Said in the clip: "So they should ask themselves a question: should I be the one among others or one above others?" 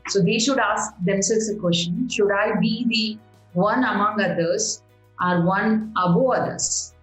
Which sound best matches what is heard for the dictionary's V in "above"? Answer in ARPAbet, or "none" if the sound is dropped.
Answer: none